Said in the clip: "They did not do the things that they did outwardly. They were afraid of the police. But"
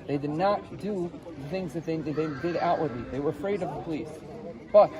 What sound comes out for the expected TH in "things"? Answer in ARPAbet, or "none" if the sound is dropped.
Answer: TH